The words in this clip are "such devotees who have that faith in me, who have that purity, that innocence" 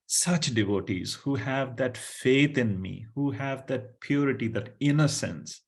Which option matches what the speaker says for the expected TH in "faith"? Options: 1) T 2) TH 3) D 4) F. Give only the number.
1